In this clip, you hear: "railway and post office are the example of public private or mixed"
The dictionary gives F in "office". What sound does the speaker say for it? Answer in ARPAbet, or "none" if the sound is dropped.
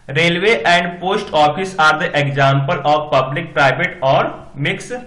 P